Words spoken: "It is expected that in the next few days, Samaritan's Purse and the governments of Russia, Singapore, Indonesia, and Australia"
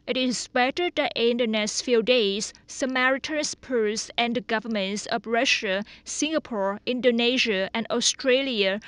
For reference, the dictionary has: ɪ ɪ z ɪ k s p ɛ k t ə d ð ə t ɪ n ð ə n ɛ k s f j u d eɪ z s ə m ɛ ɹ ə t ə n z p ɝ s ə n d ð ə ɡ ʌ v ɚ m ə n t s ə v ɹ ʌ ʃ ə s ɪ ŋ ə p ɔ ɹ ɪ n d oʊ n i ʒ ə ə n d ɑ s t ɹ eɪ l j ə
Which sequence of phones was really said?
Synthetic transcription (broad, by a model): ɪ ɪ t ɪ s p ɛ t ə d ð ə t ɪ n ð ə n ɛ s f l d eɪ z s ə m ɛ ɹ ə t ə n s p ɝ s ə n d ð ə ɡ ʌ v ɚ m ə n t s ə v ɹ ʌ ʃ ə s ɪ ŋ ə p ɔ ɹ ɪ n d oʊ n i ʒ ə ə n d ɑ s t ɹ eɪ l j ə